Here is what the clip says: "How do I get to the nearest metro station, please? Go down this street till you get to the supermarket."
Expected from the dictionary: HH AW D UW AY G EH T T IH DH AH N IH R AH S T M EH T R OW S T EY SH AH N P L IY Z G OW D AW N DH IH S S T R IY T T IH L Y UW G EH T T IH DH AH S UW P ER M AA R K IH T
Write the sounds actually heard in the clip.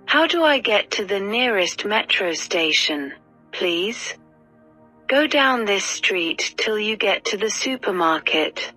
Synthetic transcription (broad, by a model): HH AW D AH AY G EH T T IH DH AH N IH R AH S T M EH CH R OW S T EY SH AH N P L IY Z G OW D AW N DH IH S S T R IY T T IH L Y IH G EH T T IH DH AH S UW P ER M AA R K IH T